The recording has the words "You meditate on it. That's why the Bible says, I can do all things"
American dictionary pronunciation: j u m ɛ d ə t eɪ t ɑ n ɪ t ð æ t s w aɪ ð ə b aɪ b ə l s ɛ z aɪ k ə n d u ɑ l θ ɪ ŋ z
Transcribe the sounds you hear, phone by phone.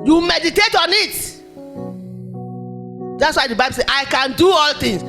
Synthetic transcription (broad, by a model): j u m ɛ d ə t eɪ t ɑ n ɪ t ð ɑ t s w aɪ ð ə b aɪ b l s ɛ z aɪ k ə n d u ɑ l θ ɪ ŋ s